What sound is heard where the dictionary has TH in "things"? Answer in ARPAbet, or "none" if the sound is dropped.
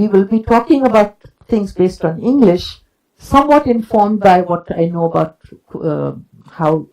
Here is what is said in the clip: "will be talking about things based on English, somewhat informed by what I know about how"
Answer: T